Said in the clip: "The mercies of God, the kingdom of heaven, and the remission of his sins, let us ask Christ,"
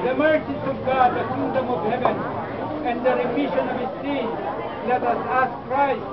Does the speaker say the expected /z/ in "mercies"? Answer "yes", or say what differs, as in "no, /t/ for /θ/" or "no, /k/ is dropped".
no, /s/ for /z/